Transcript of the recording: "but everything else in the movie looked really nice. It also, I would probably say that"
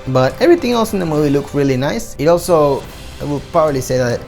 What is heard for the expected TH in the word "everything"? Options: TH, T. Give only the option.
T